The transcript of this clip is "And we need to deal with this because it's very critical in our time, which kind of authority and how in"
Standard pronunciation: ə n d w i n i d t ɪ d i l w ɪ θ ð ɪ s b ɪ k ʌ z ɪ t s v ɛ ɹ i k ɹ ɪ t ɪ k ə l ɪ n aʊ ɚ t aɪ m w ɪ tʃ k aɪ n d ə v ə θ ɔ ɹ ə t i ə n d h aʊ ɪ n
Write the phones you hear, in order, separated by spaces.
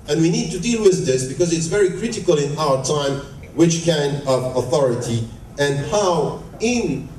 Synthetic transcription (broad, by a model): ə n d w i n i d t ɪ d i l w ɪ ð ɪ s b ɪ k ʌ z ɪ t s v ɛ ɹ i k ɹ ɪ t ɪ k ə l ɪ n aʊ ɚ t aɪ m w ɪ tʃ k aɪ n d ə v ə θ ɔ ɹ ə t i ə n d h aʊ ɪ n